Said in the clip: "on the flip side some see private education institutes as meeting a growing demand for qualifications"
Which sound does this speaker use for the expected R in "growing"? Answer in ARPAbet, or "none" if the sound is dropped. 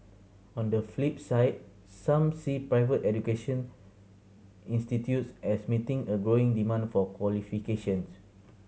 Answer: R